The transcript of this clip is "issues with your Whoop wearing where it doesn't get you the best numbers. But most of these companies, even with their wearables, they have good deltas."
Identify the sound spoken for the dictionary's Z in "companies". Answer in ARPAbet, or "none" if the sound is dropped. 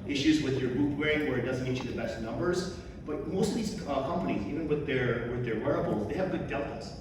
Z